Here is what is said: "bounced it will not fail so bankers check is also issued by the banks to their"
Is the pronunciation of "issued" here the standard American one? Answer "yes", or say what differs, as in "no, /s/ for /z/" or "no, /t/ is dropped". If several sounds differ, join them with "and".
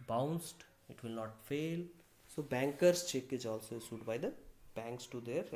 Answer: no, /s/ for /ʃ/